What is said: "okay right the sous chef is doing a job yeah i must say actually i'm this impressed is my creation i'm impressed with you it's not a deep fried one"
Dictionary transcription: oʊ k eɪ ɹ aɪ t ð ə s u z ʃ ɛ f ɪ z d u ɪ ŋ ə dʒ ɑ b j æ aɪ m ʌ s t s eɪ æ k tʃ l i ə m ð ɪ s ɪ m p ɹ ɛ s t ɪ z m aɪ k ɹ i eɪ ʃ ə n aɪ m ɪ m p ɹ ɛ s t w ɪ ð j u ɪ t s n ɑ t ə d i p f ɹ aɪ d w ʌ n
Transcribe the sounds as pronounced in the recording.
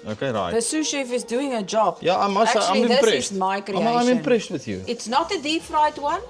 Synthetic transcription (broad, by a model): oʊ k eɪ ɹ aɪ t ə s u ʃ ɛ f ɪ z d u ɪ ŋ ə dʒ ɑ b j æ aɪ m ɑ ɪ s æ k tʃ i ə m ð ɪ s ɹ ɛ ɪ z m aɪ k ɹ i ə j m ɪ m p ɹ ɛ s t w ɪ ð j u ɪ t s n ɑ t ə d i p f ɹ aɪ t w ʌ n